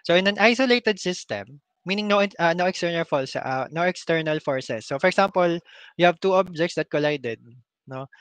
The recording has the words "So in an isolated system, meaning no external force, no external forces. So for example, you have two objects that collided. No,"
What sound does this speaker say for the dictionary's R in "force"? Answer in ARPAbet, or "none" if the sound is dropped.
L